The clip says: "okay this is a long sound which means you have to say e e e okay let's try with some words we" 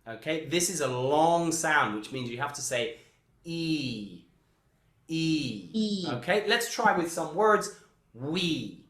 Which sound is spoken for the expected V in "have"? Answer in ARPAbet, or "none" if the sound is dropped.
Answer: F